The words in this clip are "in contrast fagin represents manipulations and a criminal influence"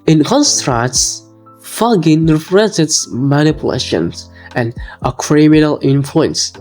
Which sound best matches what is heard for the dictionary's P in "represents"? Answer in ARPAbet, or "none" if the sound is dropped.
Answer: F